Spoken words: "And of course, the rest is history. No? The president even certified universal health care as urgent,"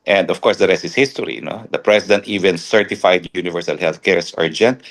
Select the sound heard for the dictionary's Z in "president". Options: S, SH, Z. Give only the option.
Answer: S